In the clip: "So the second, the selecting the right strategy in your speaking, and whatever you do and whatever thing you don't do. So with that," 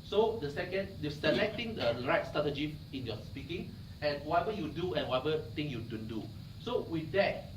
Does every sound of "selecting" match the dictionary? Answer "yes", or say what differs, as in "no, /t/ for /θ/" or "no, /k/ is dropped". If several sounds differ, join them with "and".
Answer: yes